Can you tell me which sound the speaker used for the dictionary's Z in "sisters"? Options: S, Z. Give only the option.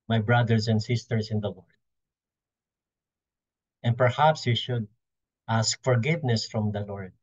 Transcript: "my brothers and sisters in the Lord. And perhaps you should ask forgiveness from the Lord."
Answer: S